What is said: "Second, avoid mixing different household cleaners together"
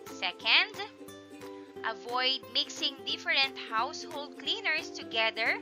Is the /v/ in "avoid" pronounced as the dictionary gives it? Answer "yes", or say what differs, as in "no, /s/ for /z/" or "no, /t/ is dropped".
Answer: yes